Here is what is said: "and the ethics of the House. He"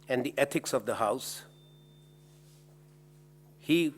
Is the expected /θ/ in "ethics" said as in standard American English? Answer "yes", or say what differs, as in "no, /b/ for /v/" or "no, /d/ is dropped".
no, /t/ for /θ/